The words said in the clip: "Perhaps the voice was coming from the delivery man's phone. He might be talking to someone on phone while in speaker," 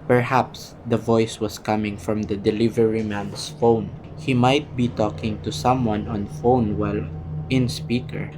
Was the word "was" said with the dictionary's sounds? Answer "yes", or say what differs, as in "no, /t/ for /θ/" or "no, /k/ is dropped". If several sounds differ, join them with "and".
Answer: no, /s/ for /z/